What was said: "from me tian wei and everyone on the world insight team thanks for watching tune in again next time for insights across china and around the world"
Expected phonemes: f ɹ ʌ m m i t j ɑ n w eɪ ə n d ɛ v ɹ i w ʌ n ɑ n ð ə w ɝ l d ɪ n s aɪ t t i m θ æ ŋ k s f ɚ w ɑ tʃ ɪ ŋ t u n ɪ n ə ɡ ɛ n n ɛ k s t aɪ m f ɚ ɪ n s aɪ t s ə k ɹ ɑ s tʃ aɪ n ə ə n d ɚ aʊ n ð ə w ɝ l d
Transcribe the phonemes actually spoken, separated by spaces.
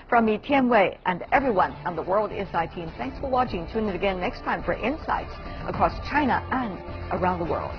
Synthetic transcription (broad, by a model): f ɹ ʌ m m i t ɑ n w eɪ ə n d ɛ v ɹ i w ʌ n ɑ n ð ə w ɝ l d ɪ s aɪ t t i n θ æ ŋ k s f ɚ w ɑ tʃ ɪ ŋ t u n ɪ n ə ɡ ɛ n n ɛ k s t aɪ m f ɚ ɪ n s aɪ t s ə k ɹ ɑ s tʃ aɪ n ə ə n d ɚ aʊ n ð ə w ɝ l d